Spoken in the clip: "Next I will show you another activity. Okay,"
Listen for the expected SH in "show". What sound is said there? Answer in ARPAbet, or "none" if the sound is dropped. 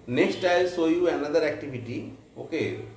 S